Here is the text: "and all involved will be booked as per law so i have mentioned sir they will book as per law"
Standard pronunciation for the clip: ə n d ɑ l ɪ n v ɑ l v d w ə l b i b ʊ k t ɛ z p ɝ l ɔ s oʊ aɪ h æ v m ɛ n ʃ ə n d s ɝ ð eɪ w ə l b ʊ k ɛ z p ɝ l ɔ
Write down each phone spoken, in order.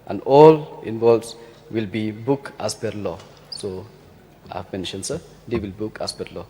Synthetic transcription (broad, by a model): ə n d ɑ l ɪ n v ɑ l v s w ə l b i b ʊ k ɑ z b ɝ l ɔ s oʊ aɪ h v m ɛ n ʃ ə n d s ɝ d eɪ w ə l b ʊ k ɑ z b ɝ l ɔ